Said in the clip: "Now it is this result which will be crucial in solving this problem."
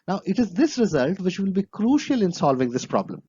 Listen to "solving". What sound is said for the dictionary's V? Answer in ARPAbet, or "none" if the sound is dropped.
V